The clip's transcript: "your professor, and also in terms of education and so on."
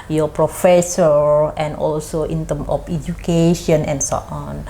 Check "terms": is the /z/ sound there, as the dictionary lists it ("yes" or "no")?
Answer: no